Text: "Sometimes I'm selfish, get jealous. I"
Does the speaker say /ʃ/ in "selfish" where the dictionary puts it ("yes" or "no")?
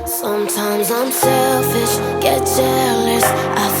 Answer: no